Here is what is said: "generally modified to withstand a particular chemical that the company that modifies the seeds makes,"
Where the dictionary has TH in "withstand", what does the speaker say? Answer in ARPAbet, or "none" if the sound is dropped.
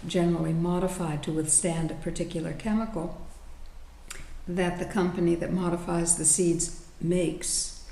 TH